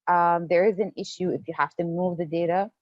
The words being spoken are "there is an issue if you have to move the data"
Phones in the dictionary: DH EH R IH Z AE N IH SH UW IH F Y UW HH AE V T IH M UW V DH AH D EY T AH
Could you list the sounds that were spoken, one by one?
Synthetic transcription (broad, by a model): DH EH R IH Z AE N IH SH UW IH F Y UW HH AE F T IH M UW V DH AH D EY T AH